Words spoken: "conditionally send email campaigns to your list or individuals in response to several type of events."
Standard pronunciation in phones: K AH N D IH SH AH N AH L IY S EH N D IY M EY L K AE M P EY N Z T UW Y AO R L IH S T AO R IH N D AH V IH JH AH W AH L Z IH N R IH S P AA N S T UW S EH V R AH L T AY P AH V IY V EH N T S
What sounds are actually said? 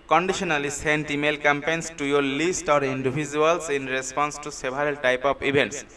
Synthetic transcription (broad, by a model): K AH N D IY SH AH N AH L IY S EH N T IY M EY L K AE M P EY N S T UW Y AO R L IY S T AO R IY N D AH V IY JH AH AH L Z IH N R IH S P AA N S T UW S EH B R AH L T AY P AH B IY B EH N T S